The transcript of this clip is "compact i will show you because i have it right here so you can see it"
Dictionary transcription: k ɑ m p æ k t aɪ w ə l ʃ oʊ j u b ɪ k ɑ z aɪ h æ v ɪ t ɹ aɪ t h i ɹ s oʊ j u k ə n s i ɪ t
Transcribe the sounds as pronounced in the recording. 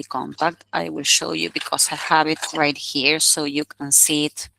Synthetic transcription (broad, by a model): k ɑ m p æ k t aɪ w ə l ʃ oʊ j u b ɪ k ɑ s aɪ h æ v ɪ t ɹ aɪ t h i ɹ s oʊ j u k ə n s i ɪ t